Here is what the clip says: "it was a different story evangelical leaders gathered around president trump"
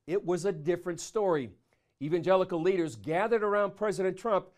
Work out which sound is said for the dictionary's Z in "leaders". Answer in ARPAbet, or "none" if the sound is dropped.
Z